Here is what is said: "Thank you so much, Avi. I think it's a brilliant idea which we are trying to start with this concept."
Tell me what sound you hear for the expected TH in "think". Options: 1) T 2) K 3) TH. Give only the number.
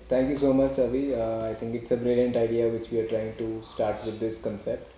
1